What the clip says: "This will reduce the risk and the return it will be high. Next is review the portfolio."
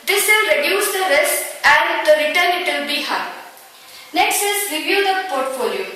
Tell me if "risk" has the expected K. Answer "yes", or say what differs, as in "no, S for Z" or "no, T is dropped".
no, K is dropped